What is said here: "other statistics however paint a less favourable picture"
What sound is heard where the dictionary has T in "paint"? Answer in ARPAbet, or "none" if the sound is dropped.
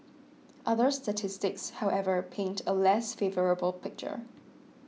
T